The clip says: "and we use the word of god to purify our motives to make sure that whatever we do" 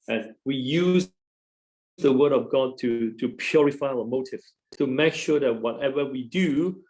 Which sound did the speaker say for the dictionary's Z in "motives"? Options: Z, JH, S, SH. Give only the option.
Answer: S